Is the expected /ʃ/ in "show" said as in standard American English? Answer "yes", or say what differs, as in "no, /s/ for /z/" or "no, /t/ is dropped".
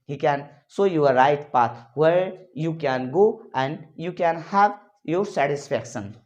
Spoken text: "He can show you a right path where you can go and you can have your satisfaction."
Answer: no, /s/ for /ʃ/